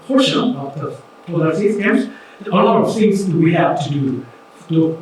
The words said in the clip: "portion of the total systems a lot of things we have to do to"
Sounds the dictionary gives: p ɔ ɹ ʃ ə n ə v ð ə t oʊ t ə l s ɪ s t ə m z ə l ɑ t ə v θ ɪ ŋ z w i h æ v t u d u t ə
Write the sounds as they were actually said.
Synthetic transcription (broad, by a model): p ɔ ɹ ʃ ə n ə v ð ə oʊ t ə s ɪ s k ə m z ə l ɑ t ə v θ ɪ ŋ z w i h æ v t u d u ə